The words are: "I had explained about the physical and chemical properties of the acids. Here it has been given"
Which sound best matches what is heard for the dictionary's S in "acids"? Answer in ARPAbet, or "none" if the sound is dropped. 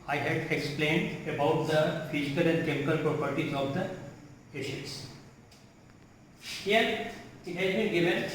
SH